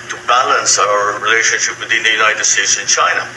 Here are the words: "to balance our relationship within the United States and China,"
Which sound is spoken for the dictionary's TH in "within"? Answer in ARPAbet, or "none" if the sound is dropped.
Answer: T